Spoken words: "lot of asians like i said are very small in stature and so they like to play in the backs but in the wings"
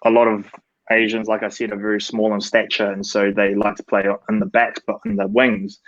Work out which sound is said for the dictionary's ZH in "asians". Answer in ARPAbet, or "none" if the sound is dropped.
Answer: ZH